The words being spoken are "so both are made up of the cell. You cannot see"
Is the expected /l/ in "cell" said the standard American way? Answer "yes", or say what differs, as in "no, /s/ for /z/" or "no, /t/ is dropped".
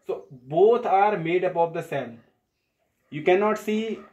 no, /n/ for /l/